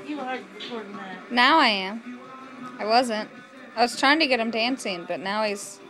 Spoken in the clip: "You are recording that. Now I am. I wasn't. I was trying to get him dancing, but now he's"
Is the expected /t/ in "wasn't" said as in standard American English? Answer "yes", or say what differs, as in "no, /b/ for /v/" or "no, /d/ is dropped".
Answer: yes